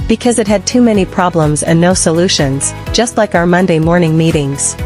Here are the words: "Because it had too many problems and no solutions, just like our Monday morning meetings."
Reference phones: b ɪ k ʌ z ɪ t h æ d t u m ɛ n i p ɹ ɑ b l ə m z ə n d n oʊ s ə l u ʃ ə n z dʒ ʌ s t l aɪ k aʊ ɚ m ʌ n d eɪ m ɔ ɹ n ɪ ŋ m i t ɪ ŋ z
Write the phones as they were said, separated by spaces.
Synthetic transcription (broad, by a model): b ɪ k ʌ z ɪ t h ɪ d t u m ɛ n i p ɹ ɑ b l ə m z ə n n oʊ s ə l u ʃ ə n z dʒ ʌ s t l aɪ k aʊ ɚ m ʌ n d eɪ m ɔ ɹ n ɪ ŋ m i t ɪ ŋ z